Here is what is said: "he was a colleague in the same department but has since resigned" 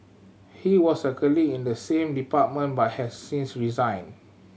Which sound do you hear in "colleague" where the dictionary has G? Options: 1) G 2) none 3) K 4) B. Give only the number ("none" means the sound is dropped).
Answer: 2